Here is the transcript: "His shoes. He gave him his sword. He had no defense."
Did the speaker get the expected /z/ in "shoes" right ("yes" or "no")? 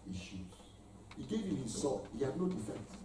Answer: no